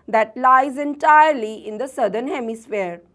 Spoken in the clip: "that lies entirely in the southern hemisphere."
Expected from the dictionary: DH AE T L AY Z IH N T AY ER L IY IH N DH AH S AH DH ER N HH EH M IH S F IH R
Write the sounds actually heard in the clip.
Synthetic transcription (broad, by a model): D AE T L AY Z IH N T AY ER L IY IH N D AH S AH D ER N HH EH M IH S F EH R